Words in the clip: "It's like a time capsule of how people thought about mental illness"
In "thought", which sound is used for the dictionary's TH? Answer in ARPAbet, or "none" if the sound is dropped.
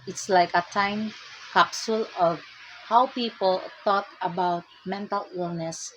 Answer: T